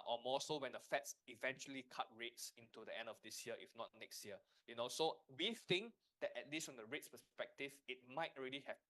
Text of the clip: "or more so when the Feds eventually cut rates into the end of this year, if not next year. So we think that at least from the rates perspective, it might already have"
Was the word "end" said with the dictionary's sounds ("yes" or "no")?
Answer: yes